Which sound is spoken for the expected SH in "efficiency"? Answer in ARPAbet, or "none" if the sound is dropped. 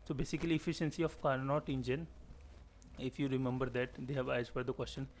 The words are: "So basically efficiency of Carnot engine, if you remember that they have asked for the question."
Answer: SH